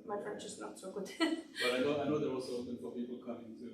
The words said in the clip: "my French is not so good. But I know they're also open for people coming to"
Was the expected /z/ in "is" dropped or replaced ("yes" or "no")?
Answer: yes